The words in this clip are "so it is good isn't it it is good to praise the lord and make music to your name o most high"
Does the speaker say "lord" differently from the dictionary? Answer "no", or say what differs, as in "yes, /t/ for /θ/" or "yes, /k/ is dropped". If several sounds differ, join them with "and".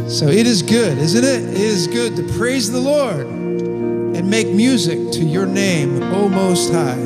no